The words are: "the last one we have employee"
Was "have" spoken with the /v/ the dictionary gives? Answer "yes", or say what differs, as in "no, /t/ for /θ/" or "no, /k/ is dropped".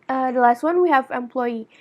yes